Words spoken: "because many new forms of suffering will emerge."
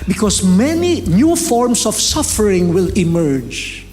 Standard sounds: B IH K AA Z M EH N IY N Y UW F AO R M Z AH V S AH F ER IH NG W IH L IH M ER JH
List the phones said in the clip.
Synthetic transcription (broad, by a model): B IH K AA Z M EH N IY N Y UW F AO R M S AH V S AH F ER IH NG W IH L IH M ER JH